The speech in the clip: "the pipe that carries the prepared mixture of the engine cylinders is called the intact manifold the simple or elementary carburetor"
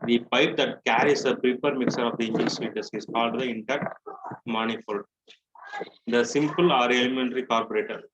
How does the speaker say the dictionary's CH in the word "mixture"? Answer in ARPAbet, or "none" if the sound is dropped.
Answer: none